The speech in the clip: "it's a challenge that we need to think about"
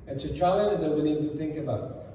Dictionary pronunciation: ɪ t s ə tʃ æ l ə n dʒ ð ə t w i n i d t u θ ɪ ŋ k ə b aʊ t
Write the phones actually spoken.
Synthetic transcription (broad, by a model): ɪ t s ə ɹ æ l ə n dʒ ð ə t w i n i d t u θ ɪ ŋ k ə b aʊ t